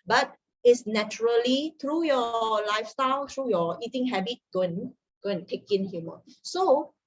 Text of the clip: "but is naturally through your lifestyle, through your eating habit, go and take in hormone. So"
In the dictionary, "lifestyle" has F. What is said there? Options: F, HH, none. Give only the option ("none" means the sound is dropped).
F